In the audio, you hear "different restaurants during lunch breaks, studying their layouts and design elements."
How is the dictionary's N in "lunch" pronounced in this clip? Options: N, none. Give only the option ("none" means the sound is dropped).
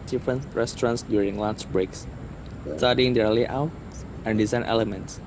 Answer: none